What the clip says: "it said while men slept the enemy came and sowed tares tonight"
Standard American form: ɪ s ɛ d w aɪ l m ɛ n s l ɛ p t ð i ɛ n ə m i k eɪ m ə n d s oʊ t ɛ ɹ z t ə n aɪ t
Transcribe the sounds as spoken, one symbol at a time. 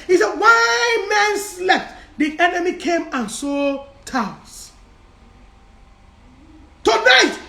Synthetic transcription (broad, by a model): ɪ s ɛ d w aɪ m ɛ n s l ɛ f t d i ɛ n ə m i k eɪ m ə n s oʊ t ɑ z t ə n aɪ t